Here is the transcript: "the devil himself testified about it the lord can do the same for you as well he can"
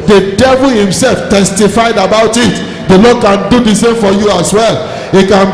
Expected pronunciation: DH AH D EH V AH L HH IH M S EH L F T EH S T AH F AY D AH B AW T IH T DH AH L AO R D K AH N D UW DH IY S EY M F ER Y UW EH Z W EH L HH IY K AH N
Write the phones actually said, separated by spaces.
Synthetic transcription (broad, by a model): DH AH D EH V AH L HH IH M S EH L F T EH S T AH F AY D AH B AW T IH T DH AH L AO D K AH N D UW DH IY S EY M F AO Y UW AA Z W EH L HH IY K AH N